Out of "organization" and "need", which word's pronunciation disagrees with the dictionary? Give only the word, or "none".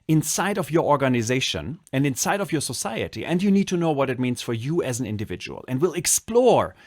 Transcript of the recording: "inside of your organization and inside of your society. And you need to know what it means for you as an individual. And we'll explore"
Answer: none